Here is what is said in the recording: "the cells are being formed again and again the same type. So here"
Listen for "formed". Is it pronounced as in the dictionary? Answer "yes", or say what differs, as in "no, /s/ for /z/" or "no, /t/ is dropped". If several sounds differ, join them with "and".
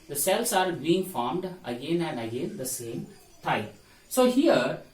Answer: yes